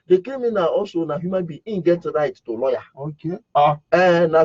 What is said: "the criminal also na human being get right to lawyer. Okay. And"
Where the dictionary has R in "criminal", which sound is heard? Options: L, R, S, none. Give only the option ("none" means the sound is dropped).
none